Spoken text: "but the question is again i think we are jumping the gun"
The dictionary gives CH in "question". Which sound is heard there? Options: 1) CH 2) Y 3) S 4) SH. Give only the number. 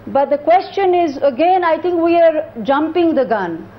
1